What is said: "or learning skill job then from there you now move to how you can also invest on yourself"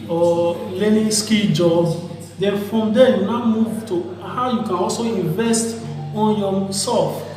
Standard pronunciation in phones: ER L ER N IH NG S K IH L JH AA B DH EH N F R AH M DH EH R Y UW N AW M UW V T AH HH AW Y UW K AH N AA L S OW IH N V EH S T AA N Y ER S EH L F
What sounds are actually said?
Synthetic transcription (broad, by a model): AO L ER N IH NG S K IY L JH AA B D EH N F R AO M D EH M Y UW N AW M UW V T AH HH AW Y UW K AH N AA L S OW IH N V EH S T AA N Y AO S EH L F